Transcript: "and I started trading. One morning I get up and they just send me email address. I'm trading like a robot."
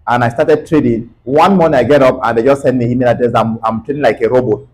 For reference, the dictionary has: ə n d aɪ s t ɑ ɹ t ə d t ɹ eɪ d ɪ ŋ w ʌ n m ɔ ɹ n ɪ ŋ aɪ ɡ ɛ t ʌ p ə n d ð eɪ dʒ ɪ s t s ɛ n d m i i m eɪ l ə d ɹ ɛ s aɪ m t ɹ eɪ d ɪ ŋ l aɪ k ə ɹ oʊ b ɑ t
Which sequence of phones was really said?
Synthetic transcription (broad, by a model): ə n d aɪ s t ɑ t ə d t ɹ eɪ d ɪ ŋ w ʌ n m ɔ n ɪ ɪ ɡ ɛ t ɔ p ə n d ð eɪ dʒ ɪ s t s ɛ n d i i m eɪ n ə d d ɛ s aɪ m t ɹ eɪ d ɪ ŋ l aɪ k ə ɹ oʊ b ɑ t